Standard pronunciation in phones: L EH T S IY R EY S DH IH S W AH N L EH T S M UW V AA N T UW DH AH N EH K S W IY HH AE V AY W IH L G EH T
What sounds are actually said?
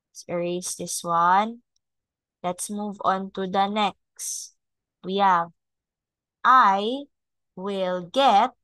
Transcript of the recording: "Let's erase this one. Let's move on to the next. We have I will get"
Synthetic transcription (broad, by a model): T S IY R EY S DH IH S W AH N L EH T S M UW V AA N T UW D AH N EH K S W IY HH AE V AY W IH L G EH T